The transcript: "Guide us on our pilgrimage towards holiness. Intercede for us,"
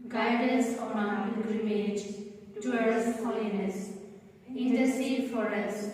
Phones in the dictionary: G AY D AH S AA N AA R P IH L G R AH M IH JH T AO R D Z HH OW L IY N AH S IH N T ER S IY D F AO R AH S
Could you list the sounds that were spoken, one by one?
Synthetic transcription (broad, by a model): G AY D AH S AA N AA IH N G R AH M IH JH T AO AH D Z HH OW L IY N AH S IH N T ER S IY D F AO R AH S